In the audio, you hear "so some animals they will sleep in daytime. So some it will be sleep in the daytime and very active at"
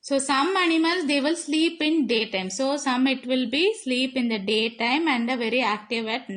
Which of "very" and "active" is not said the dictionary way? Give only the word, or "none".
none